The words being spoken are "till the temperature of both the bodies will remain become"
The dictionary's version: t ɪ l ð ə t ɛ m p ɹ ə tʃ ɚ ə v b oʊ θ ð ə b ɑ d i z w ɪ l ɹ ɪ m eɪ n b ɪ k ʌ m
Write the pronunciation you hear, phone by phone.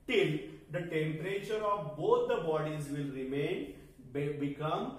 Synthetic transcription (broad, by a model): t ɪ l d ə t ɛ m p ɹ ə tʃ ɚ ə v b oʊ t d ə b ɑ d i z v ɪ l ɹ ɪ m eɪ n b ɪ k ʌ m